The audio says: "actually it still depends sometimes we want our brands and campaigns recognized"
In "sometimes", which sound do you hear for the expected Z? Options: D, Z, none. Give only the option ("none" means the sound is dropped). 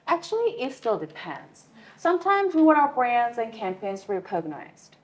Z